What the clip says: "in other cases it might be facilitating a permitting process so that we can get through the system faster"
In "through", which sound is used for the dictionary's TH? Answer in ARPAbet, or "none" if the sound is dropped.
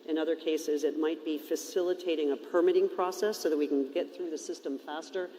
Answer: TH